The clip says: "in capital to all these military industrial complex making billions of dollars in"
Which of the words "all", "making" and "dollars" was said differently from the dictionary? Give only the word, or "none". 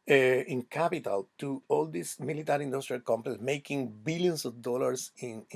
dollars